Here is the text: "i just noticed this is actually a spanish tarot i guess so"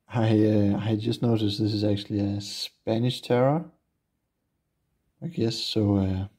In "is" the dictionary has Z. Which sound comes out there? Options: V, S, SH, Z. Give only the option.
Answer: Z